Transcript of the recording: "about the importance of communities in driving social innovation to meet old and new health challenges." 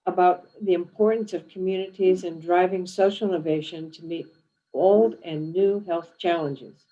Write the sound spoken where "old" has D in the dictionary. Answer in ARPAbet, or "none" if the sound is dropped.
D